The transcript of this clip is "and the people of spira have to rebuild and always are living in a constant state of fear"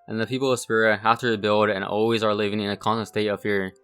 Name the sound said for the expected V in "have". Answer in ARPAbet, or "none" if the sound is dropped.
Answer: F